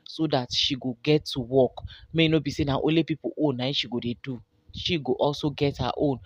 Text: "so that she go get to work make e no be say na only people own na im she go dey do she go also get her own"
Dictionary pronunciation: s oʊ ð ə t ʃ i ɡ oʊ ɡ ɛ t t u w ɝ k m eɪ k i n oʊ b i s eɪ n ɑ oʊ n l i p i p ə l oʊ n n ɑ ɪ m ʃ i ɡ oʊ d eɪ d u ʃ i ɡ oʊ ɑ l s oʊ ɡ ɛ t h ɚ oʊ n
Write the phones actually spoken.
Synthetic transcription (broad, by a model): s oʊ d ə t ʃ i ɡ oʊ ɡ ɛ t t u w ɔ k m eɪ i n oʊ b i s eɪ n ɑ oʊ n l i p i p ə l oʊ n n ɑ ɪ ʃ i ɡ oʊ d eɪ d u ʃ i ɡ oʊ ɑ l s oʊ ɡ ɛ t h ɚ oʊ n